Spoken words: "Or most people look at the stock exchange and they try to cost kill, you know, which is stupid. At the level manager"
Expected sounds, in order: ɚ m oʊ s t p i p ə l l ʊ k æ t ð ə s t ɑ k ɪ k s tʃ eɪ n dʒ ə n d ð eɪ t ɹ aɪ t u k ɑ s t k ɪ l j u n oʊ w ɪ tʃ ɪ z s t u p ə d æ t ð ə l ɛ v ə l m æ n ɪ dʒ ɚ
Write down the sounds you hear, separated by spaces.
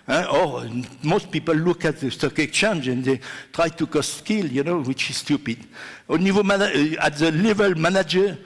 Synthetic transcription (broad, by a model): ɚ m oʊ s t p i p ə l l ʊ k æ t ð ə s t ɑ k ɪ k tʃ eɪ n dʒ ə n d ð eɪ t ɹ aɪ t u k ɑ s k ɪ l j u n oʊ w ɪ tʃ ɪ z s t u p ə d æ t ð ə l ɛ v ə l m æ n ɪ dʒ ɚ